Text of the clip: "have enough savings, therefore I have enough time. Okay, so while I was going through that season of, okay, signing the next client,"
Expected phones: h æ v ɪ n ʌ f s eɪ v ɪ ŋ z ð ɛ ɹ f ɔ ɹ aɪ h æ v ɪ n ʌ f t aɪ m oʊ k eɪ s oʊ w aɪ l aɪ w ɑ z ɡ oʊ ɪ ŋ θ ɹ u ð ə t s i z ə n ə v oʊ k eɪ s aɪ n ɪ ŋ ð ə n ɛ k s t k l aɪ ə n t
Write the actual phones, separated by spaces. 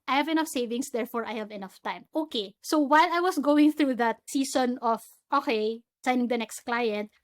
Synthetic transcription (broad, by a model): h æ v ɪ n ʌ f s eɪ v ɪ ŋ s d ɛ ɹ f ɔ ɹ aɪ h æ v ɪ n ʌ f t aɪ m oʊ k eɪ s oʊ w aɪ l aɪ w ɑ s ɡ oʊ ɪ ŋ θ ɹ u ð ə t s i s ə n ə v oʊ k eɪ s aɪ n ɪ ŋ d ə n ɛ k s t k l aɪ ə n t